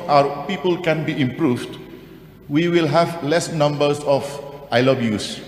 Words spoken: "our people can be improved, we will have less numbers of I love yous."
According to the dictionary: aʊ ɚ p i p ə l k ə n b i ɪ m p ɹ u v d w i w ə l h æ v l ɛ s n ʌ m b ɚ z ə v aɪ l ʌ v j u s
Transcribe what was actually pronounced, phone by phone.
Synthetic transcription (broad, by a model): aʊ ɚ p i p ə l k ə n b i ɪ m p ɹ u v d w i w ə l h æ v l ɛ s n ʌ m b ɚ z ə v aɪ l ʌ b j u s